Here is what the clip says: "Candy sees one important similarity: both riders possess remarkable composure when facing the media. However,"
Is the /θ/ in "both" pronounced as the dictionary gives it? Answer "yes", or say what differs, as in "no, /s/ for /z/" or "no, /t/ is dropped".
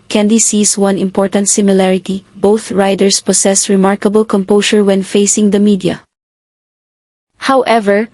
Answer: yes